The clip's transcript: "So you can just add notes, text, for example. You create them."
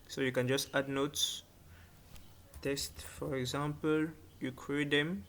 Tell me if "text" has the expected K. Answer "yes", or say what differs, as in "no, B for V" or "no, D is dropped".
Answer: no, K is dropped